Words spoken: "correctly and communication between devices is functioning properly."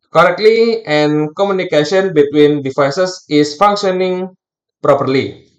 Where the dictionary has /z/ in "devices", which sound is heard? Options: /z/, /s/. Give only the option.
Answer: /s/